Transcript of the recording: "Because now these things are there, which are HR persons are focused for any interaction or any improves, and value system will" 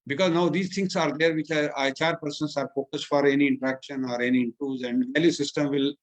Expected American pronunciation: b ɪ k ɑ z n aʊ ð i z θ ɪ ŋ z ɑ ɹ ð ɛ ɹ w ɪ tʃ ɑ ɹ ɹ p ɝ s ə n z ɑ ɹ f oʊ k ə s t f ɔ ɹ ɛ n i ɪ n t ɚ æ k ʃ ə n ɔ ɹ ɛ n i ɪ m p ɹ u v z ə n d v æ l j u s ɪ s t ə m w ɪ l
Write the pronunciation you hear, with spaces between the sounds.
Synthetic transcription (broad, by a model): b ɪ k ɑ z n aʊ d i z t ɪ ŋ s ɑ ɹ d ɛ ɹ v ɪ tʃ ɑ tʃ ɹ p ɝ s ə n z ɑ ɹ f oʊ k ə s t f ɔ ɹ ɛ n i ɪ n t ɚ æ k ʃ ə n ɔ ɹ ɛ n i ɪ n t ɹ u z ə n d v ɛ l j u s ɪ s t ə m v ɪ l